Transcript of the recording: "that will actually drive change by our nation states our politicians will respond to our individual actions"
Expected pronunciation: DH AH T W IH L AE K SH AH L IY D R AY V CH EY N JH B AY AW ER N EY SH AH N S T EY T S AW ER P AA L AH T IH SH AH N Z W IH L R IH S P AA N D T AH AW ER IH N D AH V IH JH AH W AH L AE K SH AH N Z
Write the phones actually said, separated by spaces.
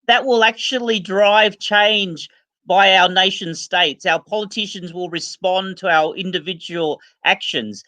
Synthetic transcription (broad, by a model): DH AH T W IH L AE K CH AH L IY D R AY V CH EY N JH B AY AW ER N EY SH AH N S T EY T S AW ER P AA L AH T IH SH AH N Z W IH L R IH S P AA N T AH AW ER IH N D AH V IH JH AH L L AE K SH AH N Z